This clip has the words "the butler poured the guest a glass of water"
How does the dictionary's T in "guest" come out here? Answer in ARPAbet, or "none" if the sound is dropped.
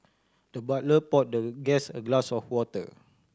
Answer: none